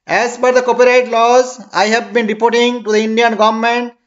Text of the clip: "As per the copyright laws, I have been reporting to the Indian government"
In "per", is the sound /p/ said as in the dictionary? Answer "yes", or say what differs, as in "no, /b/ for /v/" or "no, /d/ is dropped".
no, /b/ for /p/